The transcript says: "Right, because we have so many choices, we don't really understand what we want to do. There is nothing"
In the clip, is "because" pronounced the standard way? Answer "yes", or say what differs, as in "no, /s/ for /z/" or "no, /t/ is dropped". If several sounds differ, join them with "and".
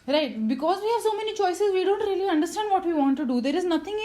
yes